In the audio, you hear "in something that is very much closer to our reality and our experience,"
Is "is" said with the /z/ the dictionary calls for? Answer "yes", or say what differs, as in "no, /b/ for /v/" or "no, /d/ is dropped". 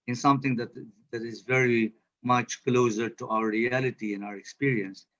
yes